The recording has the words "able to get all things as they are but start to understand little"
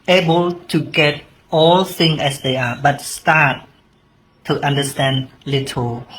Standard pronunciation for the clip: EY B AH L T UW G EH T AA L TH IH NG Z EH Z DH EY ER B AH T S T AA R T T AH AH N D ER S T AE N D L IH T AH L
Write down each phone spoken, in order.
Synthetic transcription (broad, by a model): EY B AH L T UW G EH T AA L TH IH NG EH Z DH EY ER B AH T S T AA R T T AH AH N D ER S T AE N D L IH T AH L